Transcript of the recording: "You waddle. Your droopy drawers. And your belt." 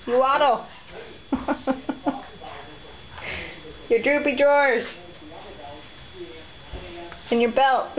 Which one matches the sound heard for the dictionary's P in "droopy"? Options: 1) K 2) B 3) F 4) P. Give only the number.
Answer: 4